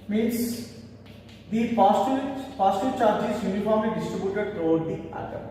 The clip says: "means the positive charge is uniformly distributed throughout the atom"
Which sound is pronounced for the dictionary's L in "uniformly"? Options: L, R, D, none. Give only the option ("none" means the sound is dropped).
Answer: none